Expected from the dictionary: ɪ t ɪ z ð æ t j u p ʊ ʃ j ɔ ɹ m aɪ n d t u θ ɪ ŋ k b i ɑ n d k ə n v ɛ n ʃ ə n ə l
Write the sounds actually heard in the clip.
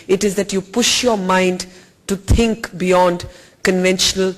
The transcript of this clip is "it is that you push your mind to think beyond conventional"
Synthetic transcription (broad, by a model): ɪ t ɪ z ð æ t j u p ʊ ʃ j ɔ ɹ m aɪ n d t u t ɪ ŋ k b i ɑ n d k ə n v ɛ n ʃ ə n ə l